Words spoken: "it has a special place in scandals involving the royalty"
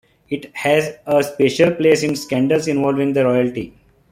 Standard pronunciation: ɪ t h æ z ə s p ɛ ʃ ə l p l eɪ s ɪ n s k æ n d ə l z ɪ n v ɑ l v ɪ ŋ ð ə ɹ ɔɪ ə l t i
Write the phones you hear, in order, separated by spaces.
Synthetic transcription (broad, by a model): ɪ t h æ z ə s p ɛ ʃ ə l p l eɪ s ɪ n s k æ n d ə l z ɪ n v ɑ l v ɪ ŋ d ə ɹ ɔɪ ə l t i